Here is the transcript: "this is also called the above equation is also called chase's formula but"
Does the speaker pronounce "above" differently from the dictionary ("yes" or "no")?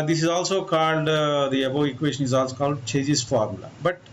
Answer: yes